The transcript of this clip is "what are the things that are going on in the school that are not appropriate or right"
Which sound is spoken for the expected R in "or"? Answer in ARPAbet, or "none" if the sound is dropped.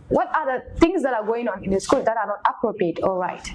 L